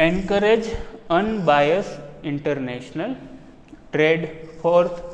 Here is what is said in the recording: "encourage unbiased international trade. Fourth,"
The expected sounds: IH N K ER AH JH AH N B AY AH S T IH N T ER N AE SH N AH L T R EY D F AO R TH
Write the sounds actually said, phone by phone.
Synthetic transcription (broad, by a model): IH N K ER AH JH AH N B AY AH S IH N T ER N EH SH N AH L T R EY D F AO R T